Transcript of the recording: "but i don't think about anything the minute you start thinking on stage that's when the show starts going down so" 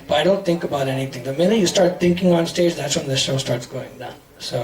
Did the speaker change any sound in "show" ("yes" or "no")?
no